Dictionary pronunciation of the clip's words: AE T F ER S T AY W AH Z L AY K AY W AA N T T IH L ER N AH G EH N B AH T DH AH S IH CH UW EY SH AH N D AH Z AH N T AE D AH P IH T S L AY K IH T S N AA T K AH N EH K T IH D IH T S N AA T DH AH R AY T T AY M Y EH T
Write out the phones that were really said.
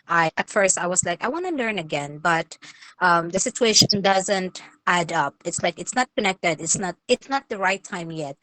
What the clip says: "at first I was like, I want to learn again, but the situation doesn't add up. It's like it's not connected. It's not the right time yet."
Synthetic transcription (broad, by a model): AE T F ER S T AY W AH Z L AY K AY W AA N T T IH L ER N AH G EH N B AH T DH AH S IH CH UW EY SH AH N D AH Z AH N T AE D AH P IH T S L AY K IH T S N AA T K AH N EH K T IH D IH T S N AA T DH AH R AY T T AY M Y EH T